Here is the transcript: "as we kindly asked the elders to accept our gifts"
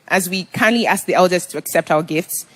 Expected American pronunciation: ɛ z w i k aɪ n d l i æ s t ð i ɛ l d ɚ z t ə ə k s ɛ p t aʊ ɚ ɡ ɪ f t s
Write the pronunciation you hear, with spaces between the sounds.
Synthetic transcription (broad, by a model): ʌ z w i k aɪ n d l i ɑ s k ð i ɛ l d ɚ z t ə ə k s ɛ p t aʊ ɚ ɡ ɪ f t s